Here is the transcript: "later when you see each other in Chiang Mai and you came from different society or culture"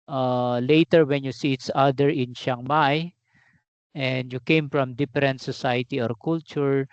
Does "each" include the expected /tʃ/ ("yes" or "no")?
no